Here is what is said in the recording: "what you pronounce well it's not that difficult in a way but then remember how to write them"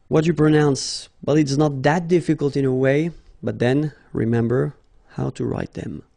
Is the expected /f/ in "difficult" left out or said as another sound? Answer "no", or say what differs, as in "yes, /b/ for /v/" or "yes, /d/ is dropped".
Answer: no